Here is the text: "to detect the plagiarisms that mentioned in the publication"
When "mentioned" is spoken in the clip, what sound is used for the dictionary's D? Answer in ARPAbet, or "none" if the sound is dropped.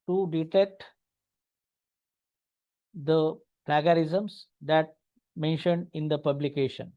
D